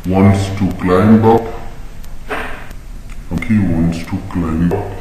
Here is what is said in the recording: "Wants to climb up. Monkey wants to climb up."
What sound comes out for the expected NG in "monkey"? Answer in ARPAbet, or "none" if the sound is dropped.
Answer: none